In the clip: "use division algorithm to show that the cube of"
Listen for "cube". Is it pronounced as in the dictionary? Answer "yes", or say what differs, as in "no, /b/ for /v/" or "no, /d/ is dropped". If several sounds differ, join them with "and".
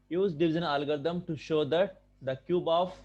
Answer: yes